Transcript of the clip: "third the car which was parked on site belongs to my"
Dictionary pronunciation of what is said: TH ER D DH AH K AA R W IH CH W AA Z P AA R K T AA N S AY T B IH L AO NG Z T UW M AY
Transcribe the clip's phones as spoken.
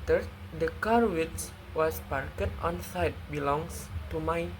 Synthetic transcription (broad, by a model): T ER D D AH K AA R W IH S W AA S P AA R K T AA N S AY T B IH L AO NG S T UW M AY